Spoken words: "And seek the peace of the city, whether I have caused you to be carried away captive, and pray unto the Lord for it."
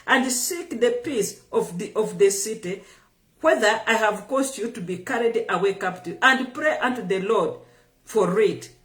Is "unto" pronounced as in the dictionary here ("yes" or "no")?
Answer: yes